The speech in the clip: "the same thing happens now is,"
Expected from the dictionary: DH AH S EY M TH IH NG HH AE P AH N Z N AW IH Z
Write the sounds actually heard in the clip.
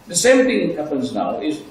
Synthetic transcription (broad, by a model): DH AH S EY M TH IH NG HH AE P AH N Z N AW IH Z